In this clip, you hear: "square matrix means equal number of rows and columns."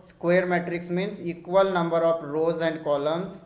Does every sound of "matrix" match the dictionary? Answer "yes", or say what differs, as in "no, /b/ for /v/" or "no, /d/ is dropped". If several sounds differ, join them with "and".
yes